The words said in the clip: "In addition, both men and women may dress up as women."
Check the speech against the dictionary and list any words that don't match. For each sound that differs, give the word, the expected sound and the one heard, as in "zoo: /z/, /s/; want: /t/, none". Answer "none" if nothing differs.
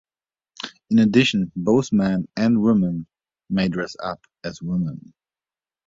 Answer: none